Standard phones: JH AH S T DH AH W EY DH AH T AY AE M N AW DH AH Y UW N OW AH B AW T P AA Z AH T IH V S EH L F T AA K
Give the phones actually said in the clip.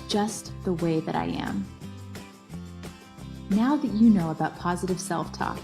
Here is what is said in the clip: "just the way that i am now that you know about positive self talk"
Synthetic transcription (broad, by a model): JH AH S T DH AH W EY DH AH T AY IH M N AW DH AH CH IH N OW AH B AW T P AA Z AH T IH V S EH L F T AA K